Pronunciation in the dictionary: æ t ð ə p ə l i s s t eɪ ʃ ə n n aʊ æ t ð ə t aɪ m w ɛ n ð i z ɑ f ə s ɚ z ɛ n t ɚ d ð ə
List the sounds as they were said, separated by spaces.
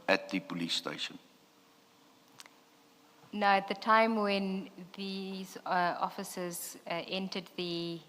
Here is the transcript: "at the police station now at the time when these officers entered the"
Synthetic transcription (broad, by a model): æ t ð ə p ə l i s s t eɪ ʃ ə n n aʊ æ t ð ə t aɪ m w ɛ n ð i z ɑ f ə s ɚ z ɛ n t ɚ d ð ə